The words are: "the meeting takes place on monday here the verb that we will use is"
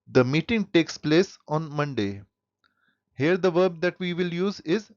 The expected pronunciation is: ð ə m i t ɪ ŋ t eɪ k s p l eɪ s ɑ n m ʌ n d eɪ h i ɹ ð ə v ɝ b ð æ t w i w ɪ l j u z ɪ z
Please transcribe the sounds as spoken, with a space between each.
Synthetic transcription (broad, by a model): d ə m i t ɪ ŋ t eɪ k s p l eɪ s ɑ n m ʌ n d eɪ h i ɹ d ə v ɝ b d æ t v i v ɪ l j u z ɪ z